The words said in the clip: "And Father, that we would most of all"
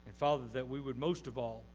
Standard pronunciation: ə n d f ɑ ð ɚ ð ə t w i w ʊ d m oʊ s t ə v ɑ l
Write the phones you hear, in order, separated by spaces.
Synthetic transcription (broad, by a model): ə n f ɑ ð ɚ ð ə t w i w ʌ d m oʊ s t ə v ɑ l